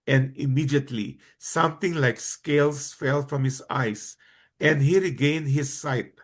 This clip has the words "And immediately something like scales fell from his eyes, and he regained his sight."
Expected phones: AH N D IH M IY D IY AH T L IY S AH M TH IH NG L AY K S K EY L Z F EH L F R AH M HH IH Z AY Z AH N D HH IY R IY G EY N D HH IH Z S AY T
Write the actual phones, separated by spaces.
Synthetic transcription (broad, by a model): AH N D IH M IY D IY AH T L IY S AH M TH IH NG L AY K S K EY L S F EH L F R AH M HH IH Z AY S AH N D HH IY R IY G EY N D HH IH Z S AY T